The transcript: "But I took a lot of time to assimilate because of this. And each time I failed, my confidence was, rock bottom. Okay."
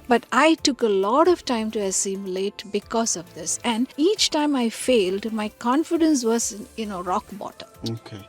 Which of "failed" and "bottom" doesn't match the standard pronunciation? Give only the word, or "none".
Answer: bottom